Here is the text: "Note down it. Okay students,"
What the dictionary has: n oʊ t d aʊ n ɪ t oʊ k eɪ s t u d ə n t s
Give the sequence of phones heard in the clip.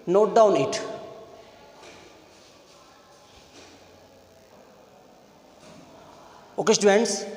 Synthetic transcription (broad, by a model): n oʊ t d aʊ n ɪ t oʊ k eɪ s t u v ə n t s